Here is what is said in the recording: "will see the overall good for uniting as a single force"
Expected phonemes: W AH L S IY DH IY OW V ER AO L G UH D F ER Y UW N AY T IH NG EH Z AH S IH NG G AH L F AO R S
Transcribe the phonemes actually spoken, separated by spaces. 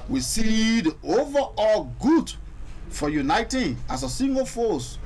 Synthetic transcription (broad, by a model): W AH S IY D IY OW V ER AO L G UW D F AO Y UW N AY T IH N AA S AH S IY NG G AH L F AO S